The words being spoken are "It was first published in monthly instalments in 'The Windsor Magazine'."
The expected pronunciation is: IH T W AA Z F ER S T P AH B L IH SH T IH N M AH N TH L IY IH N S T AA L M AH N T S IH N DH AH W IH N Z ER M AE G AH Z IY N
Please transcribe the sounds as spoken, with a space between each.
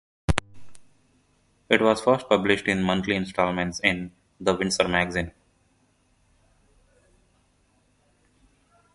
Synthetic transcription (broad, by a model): IH T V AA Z F ER S T P AH B L IH SH T IH N M AH N T L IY IH N S T AA L M AH N T S IH N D AH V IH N S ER M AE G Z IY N